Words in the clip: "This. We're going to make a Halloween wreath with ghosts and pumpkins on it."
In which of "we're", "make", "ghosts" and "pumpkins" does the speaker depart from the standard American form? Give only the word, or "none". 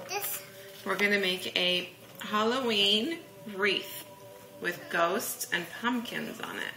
none